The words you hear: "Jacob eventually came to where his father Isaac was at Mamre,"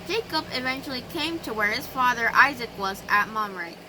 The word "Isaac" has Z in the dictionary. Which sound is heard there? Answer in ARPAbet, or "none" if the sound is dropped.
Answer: Z